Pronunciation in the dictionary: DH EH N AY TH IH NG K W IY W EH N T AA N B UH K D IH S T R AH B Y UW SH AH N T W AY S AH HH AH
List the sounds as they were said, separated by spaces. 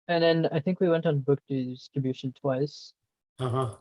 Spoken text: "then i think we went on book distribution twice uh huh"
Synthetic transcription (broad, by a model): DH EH N AY TH IH NG K W IY W EH N T N B UH K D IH S T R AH B Y UW SH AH N T W AY S AH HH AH